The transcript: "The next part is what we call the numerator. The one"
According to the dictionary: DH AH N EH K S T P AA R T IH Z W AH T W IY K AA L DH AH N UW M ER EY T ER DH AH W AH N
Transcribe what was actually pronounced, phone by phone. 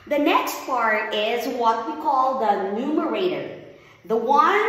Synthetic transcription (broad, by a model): DH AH N EH K S T P AA R T IH Z W AH T W IY K AA L DH AH N UW M ER EY T ER DH AH W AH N